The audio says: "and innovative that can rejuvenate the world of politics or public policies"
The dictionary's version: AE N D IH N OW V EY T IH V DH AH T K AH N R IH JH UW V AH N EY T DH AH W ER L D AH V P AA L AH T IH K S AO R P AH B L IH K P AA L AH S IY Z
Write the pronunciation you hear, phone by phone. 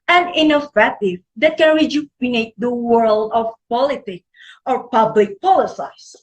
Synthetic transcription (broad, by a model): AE N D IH N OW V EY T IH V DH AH T K AH N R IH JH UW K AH N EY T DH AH W ER L D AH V P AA L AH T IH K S AO R P AH B L IH K P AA L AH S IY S